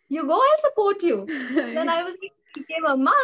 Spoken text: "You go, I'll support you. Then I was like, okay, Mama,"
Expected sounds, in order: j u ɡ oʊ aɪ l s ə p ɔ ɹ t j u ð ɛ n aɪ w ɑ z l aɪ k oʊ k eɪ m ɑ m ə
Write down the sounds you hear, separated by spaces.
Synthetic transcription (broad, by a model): j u ɡ oʊ aɪ l s ə p ɔ ɹ t j u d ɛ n aɪ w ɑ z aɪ i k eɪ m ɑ m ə